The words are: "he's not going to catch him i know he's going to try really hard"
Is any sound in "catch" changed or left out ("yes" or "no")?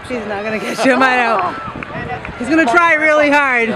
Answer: yes